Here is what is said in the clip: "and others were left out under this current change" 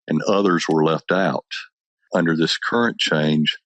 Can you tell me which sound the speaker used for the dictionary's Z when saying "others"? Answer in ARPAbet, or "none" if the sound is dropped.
Z